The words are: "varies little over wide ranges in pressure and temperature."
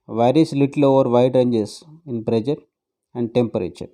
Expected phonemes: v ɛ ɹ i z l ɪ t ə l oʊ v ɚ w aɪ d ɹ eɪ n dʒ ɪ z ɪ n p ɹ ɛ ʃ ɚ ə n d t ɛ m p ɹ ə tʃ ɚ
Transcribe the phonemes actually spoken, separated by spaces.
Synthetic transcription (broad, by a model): v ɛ ɹ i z l ɪ t ə l oʊ v ɚ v aɪ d ɹ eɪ n dʒ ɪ s ɪ n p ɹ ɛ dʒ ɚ ə n d t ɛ m p ɹ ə tʃ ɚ